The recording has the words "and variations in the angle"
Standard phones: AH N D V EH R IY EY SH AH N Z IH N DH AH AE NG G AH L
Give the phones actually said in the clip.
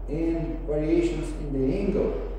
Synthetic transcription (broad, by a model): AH N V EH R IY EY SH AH N S IH N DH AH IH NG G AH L